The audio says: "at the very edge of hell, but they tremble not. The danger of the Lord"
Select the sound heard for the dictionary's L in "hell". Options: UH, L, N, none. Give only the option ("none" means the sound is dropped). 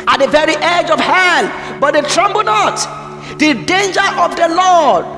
N